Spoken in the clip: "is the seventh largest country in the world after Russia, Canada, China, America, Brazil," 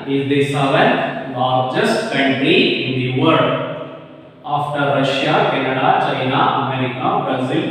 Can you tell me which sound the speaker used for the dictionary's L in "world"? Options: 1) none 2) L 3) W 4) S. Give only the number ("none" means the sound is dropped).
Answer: 1